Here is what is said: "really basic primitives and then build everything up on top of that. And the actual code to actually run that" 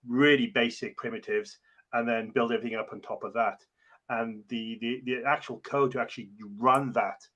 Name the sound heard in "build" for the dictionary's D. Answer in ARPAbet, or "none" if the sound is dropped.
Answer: D